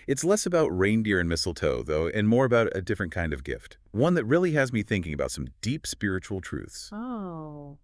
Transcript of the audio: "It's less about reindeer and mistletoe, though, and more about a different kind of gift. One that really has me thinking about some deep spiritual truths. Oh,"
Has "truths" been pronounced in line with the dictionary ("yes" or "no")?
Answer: yes